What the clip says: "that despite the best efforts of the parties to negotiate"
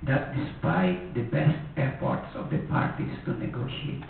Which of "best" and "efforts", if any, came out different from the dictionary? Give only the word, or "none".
efforts